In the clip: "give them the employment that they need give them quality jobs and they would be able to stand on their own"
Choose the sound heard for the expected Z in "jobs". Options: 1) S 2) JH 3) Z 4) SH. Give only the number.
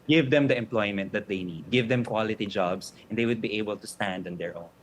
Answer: 1